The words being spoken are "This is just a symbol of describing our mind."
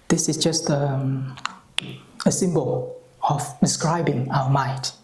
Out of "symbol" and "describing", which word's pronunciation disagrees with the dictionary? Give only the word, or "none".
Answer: none